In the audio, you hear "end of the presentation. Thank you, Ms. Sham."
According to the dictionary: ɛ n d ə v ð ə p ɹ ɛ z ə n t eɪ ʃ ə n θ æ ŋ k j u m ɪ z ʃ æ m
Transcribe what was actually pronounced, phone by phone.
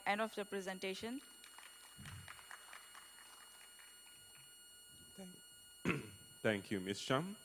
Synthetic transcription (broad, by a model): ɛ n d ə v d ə p ɹ ɛ z ə n t eɪ ʃ ə n t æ ŋ k j u m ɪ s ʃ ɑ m